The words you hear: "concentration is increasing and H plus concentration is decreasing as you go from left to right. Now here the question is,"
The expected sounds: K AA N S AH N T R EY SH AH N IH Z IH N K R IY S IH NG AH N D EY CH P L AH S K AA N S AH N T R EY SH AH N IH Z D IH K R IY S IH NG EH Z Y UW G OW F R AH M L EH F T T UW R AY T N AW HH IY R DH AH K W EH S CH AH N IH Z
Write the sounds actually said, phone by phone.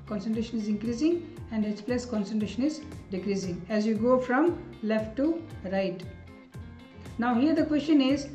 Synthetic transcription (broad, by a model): K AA N S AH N T R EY SH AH N IH Z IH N K R IY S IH NG AH N D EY S P L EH S K AA N S AH N T R EY SH AH N IH Z D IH K R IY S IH NG EH Z Y UW G OW F R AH M L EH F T T UW R AY T N AW HH IY R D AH K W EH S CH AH N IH Z